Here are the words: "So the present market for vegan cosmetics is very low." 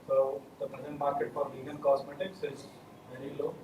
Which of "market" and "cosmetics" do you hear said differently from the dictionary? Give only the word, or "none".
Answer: cosmetics